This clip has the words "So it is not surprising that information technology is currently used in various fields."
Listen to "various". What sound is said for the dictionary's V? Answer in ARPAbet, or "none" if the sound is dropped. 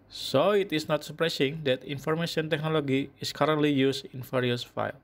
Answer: F